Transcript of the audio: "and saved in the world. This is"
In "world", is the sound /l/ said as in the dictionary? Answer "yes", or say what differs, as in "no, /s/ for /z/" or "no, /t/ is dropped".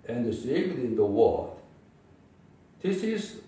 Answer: no, /l/ is dropped